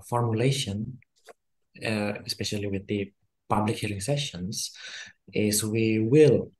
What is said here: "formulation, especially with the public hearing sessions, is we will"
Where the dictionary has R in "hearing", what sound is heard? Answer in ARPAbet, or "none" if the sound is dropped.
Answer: L